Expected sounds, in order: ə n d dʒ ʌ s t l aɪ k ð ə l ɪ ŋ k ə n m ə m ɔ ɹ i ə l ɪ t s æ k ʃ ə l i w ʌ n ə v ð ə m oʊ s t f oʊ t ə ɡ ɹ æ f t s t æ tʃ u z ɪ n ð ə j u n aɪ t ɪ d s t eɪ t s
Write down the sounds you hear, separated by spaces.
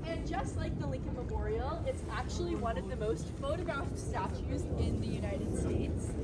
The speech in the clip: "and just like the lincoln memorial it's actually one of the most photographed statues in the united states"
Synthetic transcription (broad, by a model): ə n dʒ ʌ s t l aɪ k ð ə l ɪ ŋ k ə n m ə m ɔ ɹ i l ɪ t s æ k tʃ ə l i w ʌ n ə v ð ə m oʊ s t f oʊ t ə ɡ ɹ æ f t s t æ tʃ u z ɪ n ð ə j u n aɪ t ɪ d s t eɪ t s